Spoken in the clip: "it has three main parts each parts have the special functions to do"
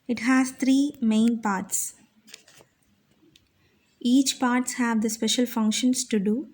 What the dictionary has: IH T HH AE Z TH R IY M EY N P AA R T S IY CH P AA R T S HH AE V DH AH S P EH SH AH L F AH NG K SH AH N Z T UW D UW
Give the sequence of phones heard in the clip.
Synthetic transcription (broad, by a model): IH T HH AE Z T R IY M EY N P AA R T S IY CH P AA R T S HH AE V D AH S P EH SH AH L F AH NG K SH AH N S T UW D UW